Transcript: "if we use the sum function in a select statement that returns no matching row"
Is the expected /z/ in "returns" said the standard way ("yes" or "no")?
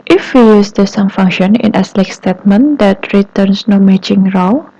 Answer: no